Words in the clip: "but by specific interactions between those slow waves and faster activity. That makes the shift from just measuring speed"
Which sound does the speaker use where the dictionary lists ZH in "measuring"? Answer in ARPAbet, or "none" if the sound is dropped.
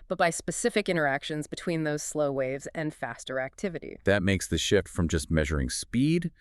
ZH